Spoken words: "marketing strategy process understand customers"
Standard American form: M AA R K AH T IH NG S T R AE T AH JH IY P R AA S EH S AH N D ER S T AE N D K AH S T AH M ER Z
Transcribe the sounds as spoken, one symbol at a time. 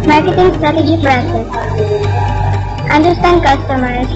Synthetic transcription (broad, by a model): M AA R K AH T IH NG S T R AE T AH JH IY F R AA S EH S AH N D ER S T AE N D K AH S T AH M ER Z